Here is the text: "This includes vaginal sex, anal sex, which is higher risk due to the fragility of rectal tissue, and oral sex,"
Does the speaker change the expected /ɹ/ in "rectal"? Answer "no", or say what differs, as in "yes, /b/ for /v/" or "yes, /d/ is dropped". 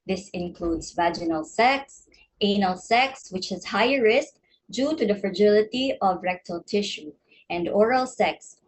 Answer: no